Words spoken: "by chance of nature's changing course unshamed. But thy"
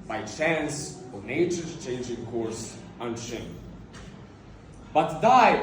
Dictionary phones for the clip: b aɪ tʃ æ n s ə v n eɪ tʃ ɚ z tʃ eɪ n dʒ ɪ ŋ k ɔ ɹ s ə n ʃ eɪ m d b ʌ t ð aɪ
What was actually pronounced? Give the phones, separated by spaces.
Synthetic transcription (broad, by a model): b aɪ tʃ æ n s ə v n eɪ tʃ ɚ tʃ eɪ n dʒ ɪ ŋ k ɔ ɹ s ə n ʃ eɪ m b ʌ t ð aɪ